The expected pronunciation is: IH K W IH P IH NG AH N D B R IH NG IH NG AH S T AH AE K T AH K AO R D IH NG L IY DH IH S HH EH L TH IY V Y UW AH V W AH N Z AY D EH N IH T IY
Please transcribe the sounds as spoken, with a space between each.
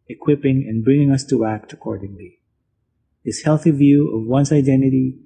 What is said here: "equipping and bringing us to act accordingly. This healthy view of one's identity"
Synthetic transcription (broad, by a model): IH K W IH P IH NG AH N B R IH NG IH NG AH S T AH AE K T AH K AO R D IH NG L IY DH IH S HH EH L TH IY V Y UW AH V W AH N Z AY D EH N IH T IY